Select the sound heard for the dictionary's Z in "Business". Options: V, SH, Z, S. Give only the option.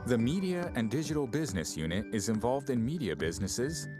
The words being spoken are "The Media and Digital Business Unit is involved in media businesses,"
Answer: Z